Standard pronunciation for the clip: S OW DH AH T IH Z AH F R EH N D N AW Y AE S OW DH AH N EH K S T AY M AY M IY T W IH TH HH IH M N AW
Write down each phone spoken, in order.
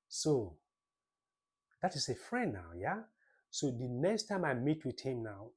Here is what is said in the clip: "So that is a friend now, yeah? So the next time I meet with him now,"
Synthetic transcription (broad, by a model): S OW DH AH T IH S AH F R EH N N AW Y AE S OW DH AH N EH K S T AY M AY M IY T W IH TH HH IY M N AW